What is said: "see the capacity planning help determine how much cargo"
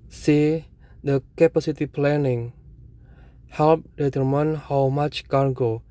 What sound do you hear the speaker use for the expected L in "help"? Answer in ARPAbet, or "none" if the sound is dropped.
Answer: L